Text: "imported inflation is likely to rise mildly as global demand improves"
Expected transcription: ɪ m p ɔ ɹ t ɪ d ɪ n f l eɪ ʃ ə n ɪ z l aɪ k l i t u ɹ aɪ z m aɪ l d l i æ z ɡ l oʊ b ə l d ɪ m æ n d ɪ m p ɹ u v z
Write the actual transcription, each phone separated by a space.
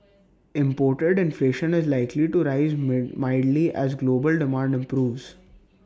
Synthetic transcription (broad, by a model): ɪ m p ɔ ɹ t ɪ d ɪ n f l eɪ ʃ ə n ɪ z l aɪ k l i t u ɹ aɪ z m aɪ d l i æ z ɡ l oʊ b ə l d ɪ m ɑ n d ɪ m p ɹ u v z